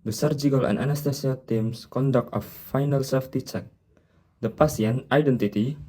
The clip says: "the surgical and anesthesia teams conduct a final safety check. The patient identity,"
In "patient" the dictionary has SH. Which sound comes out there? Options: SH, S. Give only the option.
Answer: S